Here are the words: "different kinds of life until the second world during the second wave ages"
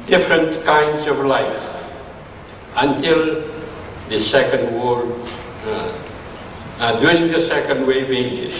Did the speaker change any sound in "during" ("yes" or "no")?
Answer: yes